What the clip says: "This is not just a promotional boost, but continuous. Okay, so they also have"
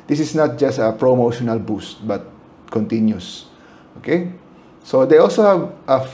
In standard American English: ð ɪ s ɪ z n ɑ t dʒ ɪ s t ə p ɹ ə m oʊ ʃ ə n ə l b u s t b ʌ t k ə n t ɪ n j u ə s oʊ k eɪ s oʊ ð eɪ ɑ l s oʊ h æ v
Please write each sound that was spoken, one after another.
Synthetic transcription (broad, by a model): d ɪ s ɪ s n ɑ t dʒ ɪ s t ə p ɹ ə m oʊ ʃ ə n ə l b u s t b ʌ t k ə n t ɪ n j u s oʊ k eɪ s oʊ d eɪ ɑ l s oʊ h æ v